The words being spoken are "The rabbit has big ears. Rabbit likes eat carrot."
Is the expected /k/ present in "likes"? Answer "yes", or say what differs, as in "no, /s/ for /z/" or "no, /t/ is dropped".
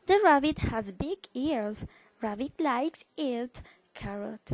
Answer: yes